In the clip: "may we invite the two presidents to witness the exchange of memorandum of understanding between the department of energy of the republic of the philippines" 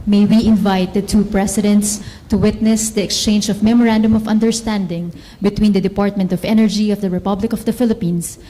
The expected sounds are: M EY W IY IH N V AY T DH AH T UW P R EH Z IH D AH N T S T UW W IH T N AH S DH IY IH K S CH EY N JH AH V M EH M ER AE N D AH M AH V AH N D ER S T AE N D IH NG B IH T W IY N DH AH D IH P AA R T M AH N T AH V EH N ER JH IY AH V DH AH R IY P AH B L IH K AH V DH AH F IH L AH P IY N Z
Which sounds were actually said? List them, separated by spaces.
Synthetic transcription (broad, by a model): M EY W IY IH N V AY T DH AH T UW P R EH S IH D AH N T S T UW W IH T N AH S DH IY IH K S CH EY N JH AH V M EH M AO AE N D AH M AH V AH N D ER S T AE N D IH NG B IH T W IY N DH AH D IH P AA R T M AH N T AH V EH N ER JH IY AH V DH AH R IY P AH B L IH K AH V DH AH F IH L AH P IY N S